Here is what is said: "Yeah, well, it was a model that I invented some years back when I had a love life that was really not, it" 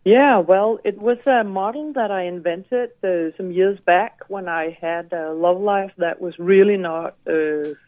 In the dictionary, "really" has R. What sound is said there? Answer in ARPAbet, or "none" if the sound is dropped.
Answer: R